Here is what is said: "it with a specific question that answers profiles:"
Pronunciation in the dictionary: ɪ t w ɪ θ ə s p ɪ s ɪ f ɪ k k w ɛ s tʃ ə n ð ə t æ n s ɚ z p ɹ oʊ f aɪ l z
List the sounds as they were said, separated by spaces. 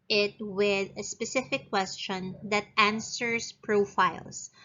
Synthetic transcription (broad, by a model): ɪ t w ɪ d ə s p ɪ s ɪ f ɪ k k w ɛ s tʃ ə n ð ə t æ n s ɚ s p ɹ oʊ f aɪ l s